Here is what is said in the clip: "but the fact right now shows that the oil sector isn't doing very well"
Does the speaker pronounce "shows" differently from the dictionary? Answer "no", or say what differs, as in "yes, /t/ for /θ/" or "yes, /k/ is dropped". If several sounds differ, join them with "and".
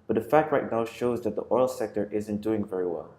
no